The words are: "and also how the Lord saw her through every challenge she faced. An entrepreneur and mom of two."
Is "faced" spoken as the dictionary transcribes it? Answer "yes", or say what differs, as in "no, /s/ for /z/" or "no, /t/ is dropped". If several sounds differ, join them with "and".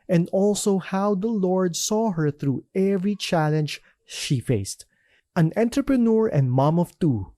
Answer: yes